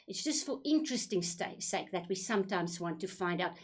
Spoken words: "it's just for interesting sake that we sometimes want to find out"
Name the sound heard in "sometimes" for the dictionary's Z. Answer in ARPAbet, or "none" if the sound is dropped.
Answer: Z